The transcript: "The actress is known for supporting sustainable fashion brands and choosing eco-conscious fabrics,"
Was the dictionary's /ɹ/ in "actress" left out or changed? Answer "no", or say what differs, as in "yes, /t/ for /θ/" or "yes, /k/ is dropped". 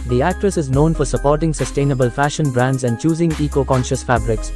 no